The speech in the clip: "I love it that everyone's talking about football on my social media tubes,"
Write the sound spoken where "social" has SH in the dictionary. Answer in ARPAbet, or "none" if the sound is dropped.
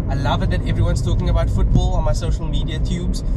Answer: SH